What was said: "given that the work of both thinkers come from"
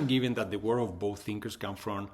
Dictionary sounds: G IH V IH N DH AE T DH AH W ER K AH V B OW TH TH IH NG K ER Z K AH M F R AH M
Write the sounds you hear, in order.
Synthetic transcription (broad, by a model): G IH V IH N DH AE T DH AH W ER AH V B OW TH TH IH NG K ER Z K AH M F R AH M